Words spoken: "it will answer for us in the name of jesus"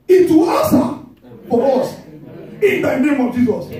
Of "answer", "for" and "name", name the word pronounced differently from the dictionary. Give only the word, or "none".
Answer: answer